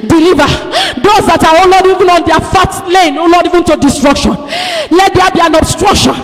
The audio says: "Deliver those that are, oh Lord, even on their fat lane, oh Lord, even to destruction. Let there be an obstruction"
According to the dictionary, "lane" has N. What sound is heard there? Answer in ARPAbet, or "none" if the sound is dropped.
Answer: N